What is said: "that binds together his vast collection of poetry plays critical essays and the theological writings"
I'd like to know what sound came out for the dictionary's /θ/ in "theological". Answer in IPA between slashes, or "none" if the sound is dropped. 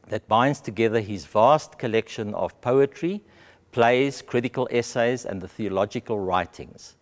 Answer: /θ/